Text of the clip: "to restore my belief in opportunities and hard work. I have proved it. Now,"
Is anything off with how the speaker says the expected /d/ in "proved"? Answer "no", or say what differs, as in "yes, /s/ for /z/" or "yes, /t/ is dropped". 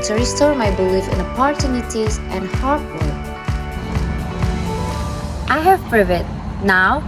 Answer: yes, /d/ is dropped